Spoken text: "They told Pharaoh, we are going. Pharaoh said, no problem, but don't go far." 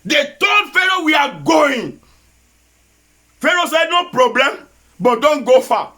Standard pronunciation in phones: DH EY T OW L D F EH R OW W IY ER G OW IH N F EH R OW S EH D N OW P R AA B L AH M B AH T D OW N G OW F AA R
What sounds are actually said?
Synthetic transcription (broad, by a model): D EY T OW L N F EH R OW W IY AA G OW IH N F EH R OW S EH N OW P R AA B L AH M B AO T D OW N G OW F AA